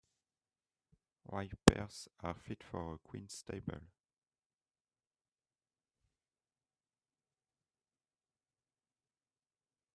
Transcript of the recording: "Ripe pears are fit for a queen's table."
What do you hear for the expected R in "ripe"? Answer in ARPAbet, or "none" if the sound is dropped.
W